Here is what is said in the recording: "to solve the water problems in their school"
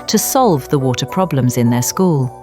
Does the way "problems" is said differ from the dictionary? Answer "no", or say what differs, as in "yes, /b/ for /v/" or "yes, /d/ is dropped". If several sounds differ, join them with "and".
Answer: no